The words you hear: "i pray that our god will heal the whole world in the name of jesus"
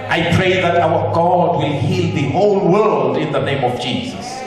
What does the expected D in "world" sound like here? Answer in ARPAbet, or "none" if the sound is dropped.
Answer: D